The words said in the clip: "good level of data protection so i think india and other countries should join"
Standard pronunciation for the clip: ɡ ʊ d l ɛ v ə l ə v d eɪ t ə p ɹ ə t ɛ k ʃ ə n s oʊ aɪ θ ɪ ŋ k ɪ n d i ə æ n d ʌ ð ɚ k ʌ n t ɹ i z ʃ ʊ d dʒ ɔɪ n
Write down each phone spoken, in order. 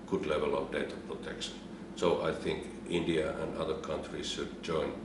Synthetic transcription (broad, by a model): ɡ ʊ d l ɛ v ə l ə v d eɪ t ə p ɹ ə t ɛ k ʃ ə n s oʊ aɪ θ ɪ ŋ k ɪ n d i ə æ n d ʌ ð ɚ k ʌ n t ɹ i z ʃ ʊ d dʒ ɔɪ n